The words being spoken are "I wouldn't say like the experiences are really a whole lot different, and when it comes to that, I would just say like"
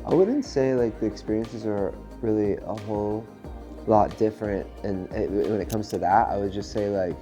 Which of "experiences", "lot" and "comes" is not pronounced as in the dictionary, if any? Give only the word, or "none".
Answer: none